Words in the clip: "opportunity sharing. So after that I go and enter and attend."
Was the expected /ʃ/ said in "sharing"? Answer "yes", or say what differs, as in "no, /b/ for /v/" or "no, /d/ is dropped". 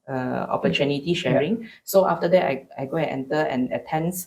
yes